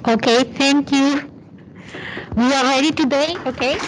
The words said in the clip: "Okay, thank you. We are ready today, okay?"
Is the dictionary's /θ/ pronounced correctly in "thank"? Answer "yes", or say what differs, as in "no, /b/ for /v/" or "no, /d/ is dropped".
no, /t/ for /θ/